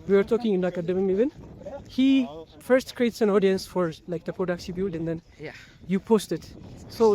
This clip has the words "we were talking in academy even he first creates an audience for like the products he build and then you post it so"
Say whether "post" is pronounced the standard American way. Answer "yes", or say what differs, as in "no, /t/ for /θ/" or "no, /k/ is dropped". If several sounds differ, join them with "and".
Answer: yes